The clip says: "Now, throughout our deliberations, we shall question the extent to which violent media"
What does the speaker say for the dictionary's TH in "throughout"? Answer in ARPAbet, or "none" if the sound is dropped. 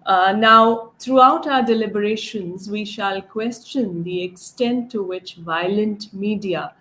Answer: T